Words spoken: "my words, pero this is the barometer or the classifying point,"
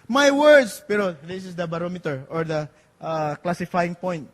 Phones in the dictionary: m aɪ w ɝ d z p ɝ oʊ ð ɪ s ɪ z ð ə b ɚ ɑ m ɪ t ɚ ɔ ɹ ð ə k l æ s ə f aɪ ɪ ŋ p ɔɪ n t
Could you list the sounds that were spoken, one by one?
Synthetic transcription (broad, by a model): m aɪ w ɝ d s p ɝ oʊ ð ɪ s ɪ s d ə b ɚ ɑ m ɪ t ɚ ɔ ɹ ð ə k l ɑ s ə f aɪ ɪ ŋ p ɔɪ n t